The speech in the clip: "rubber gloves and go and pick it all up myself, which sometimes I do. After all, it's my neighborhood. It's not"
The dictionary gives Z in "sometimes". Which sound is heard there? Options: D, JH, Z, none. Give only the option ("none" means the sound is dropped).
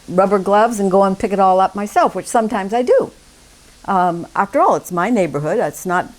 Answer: Z